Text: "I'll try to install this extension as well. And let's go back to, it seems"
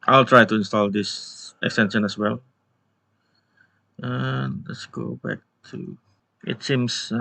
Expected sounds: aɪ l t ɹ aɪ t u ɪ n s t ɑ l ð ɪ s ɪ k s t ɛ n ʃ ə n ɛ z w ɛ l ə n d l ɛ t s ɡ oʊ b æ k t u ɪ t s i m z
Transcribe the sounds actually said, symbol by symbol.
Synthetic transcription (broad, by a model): aɪ l t ɹ aɪ t u ɪ n s t ɑ l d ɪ s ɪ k s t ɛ n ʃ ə n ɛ s w ɛ l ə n l ɛ t s ɡ oʊ b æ k t u ɪ t s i m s